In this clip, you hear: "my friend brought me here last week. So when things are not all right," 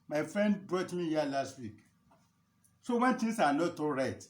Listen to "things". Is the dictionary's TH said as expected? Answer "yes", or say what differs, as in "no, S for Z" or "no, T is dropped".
no, T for TH